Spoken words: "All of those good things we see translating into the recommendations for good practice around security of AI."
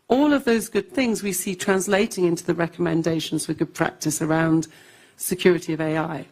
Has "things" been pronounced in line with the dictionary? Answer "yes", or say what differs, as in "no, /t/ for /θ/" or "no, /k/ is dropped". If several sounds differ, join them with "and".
yes